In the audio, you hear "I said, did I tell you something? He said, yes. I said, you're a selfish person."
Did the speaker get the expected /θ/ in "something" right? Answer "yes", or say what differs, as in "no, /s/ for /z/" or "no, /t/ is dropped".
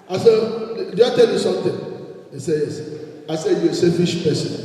no, /t/ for /θ/